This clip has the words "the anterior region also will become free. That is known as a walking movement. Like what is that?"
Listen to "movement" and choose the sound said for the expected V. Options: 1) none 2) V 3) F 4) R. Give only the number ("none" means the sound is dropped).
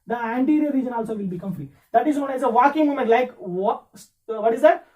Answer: 1